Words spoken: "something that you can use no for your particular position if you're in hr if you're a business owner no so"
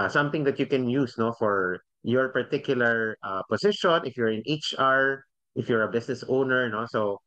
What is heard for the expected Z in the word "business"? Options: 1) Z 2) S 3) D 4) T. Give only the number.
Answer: 2